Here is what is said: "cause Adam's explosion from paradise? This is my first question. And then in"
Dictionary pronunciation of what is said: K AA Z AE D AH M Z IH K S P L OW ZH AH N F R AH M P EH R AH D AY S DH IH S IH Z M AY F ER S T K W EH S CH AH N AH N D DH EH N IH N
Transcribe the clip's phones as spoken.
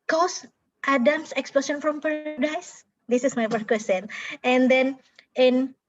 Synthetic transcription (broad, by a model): K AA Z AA D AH M S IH K S P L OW S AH N F R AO M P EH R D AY S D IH S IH S M AY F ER T K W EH S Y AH N AH N D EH N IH N